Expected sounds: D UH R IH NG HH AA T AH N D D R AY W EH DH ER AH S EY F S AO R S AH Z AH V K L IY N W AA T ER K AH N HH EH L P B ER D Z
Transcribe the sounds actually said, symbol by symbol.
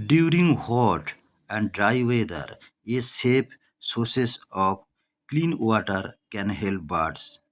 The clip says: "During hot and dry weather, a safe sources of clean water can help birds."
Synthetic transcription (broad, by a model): D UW R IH NG HH AA T AH N D D R AY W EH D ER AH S EY P S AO R S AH S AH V K L IY N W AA T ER K AH N HH EH L P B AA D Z